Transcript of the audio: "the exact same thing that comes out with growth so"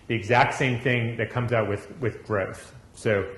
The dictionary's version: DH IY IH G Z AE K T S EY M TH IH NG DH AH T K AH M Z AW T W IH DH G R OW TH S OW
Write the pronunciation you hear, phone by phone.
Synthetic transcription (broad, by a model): DH IY IH G Z AE K T S EY M TH IH NG DH AH T K AH M Z AW T W IH DH G R OW TH S OW